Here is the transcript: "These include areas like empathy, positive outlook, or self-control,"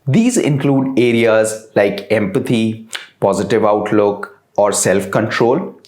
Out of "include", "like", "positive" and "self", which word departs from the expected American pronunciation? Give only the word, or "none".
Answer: none